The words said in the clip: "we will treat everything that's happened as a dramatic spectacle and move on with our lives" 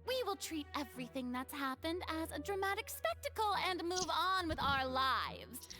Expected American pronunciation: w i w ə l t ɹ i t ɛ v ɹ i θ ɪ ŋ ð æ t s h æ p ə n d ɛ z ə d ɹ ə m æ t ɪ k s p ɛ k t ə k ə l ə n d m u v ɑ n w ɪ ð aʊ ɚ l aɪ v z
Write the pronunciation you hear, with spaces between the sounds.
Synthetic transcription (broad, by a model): w i w ə l t ɹ i t ɛ v ɹ i θ ɪ ŋ ð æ t s h æ p ə n d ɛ z ə d ɹ ə m æ t ɪ k s p ɛ k t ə k l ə n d m u v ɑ n w ɪ ð aʊ ɚ l aɪ v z